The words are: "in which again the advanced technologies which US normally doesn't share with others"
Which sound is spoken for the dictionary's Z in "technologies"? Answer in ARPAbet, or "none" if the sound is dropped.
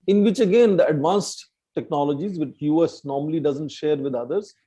Z